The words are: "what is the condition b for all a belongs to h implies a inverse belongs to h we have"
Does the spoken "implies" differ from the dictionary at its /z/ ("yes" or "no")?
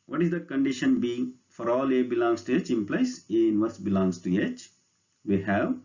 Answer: yes